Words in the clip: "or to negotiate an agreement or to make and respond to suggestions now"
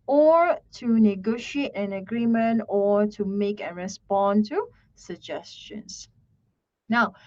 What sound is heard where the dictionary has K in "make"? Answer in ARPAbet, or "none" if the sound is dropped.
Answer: K